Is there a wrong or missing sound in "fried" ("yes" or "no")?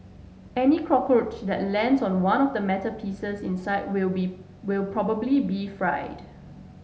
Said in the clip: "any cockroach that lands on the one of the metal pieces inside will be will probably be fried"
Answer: no